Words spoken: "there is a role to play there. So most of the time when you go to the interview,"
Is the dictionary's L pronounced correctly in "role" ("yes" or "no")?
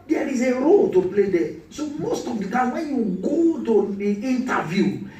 yes